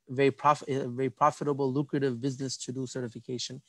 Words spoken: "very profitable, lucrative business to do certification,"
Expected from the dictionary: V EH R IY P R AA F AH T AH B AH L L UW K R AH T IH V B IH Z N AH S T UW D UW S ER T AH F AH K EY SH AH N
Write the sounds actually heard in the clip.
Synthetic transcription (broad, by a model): V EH R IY P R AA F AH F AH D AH L L UW K R AH T IH V B IH Z N AH S T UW D UW S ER T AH F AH K EY SH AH N